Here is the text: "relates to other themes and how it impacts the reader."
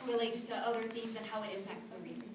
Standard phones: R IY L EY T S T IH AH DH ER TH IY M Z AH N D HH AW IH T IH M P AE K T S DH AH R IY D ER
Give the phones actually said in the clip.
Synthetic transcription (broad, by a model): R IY L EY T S T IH AH DH ER TH IY M Z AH N HH AW IH T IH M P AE K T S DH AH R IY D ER